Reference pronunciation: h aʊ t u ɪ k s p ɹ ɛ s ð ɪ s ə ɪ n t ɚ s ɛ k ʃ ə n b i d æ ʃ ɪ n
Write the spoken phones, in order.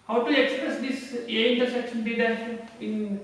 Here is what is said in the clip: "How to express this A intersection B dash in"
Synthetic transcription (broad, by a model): h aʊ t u ɪ k s p ɹ ɛ s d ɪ s ə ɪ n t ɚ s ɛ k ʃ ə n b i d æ ɪ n